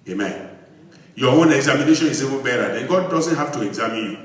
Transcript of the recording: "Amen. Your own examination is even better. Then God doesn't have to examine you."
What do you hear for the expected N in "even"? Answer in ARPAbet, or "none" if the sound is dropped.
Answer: L